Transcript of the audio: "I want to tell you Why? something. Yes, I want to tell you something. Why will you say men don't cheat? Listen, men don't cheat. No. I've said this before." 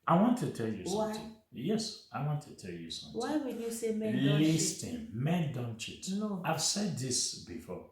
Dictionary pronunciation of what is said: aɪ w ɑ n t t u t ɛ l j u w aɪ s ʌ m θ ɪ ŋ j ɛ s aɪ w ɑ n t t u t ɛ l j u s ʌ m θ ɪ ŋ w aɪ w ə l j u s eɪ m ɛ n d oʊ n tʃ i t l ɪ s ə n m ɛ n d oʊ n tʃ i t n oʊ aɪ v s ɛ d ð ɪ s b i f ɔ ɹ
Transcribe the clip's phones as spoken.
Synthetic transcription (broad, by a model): aɪ w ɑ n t t u t ɛ l j u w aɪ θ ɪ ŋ j ɛ s aɪ w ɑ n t t u t ɛ l j u s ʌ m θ w aɪ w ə n j u s eɪ m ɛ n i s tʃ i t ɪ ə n m ɛ n d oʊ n tʃ i t n oʊ aɪ v s ɛ d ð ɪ s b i f ɔ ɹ